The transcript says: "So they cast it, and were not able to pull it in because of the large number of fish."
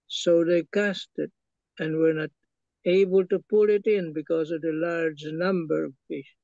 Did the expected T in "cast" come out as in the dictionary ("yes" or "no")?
yes